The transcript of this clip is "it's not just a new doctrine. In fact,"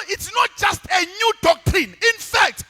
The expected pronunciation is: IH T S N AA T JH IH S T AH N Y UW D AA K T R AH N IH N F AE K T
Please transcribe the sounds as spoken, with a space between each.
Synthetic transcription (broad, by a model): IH T S N AA T JH IH S T AH N Y UW D AA K T R AH N IH N F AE K T